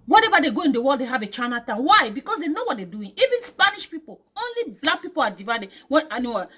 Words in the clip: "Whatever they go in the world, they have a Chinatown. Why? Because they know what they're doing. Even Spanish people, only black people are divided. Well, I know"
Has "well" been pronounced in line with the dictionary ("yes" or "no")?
no